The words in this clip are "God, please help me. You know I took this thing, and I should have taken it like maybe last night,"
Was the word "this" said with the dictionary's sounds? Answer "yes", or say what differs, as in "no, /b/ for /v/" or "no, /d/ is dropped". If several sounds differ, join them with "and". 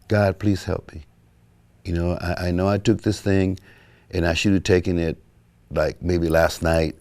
yes